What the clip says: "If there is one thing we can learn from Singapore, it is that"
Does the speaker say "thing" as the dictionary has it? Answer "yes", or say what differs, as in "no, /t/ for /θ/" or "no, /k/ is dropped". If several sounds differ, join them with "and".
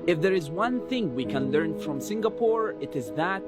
yes